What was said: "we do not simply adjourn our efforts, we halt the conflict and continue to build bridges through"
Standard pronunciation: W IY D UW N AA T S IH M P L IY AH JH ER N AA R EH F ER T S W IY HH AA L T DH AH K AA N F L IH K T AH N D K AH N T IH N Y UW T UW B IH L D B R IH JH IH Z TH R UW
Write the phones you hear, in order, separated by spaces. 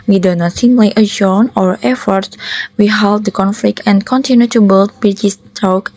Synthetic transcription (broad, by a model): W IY D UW N AA T S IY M L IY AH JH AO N AA R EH F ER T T W IY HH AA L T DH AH K AA N F L IH K T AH N K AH N T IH N Y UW T UW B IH L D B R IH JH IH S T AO